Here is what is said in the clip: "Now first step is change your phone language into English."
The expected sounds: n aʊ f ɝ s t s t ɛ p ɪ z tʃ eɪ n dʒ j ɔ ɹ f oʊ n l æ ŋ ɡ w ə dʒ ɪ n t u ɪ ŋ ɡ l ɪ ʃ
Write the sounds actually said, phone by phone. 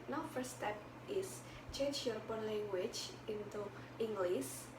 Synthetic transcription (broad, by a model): n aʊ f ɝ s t s t ɛ p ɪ s tʃ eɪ n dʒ j ɔ ɹ p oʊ n l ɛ ŋ ɡ w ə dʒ ɪ n t u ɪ ŋ ɡ l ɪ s